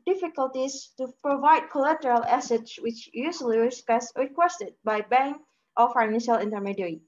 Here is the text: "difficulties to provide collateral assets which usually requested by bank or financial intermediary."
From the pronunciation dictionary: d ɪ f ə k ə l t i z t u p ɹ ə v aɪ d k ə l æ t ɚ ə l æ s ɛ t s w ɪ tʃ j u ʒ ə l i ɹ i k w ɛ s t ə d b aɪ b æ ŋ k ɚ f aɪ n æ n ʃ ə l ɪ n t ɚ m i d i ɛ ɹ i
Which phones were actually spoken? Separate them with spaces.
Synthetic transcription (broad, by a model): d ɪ f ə k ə l t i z t u p ɹ ə v aɪ d k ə l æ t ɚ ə l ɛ s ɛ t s w ɪ tʃ j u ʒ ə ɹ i ɹ i k w ɛ s t ə d b aɪ b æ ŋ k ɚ f aɪ n æ n ʃ ə l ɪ n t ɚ m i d ɹ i